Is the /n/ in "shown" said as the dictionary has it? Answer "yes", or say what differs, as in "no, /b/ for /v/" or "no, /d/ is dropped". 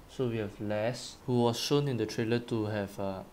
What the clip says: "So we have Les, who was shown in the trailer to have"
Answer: yes